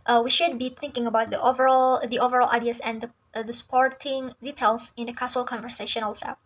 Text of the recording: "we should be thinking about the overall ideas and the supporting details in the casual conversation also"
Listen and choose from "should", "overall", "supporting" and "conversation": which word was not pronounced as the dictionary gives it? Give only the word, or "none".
none